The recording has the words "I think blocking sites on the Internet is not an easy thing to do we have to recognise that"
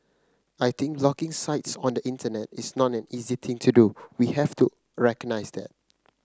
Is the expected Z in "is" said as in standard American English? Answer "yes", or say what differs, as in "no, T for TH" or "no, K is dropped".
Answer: no, S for Z